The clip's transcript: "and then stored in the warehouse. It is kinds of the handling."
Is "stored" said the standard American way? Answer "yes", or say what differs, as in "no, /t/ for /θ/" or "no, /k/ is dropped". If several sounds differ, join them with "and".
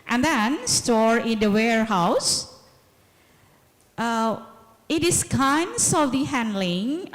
no, /d/ is dropped